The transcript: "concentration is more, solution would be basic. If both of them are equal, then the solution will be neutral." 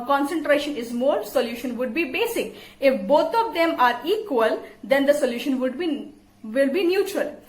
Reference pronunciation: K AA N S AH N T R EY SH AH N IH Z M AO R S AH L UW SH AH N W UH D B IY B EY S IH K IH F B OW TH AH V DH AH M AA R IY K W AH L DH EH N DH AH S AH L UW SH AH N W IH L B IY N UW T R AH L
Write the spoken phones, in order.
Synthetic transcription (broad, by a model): K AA N S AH N T R EY SH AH N IH Z M AO R S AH L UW SH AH N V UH D B IY B EY S IH K IH F B OW T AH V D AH M AA R IY K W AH L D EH N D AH S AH L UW SH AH N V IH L B IY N UW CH R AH L